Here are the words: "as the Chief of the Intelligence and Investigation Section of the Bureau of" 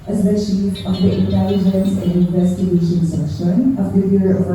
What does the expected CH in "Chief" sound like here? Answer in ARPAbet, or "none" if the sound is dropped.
SH